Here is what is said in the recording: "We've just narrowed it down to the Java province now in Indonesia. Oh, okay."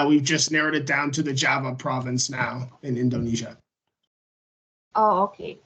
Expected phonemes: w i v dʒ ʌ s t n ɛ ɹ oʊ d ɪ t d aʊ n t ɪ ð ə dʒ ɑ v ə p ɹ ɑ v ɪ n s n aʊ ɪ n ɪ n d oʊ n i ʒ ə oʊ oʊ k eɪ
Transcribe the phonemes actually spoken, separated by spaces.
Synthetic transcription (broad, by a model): w i v dʒ ʌ s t n ɛ ɹ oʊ d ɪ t d aʊ n t ɪ ð ə dʒ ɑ v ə p ɹ ɑ v ɪ n s n aʊ ɪ n ɪ n d oʊ n i ʒ ə oʊ oʊ k eɪ